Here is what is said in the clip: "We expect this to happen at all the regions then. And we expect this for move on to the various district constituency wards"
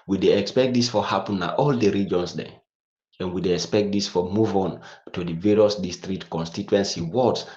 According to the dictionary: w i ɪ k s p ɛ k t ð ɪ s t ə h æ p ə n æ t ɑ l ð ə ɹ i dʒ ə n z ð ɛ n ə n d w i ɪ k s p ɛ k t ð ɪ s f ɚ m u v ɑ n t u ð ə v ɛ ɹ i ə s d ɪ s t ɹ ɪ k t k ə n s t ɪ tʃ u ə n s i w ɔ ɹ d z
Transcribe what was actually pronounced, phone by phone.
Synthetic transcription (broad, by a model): w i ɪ k s p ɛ k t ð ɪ s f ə h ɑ p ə n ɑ t ɑ l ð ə ɹ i dʒ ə n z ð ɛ ə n w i ɪ k s p ɛ k t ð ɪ s f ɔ m u v ɑ n t u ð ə v ɛ ɹ i ə s d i s t ɹ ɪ k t k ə n s t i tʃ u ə n s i w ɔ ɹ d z